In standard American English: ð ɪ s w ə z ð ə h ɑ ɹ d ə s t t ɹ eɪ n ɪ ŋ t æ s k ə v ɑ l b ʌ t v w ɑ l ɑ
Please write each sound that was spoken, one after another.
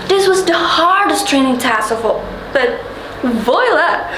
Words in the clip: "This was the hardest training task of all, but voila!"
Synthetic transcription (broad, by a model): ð ɪ s w ə z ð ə h ɑ ɹ d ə s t t ɹ eɪ n ɪ ŋ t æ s ə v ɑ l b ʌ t v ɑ l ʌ